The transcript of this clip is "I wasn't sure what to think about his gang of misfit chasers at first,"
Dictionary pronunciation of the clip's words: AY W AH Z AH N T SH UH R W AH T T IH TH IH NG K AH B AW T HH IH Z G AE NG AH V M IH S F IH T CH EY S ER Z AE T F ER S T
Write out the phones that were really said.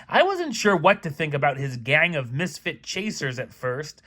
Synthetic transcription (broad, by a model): AY W AH Z AH N T SH UH R W AH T T IH TH IH NG K AH B AW T HH IH Z G AE NG AH V M IH S F IH T CH EY S ER Z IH T F ER S T